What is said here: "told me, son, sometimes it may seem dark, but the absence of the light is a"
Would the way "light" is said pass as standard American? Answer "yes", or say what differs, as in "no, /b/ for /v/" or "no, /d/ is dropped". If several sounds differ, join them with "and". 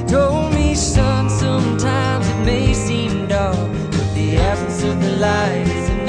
no, /t/ is dropped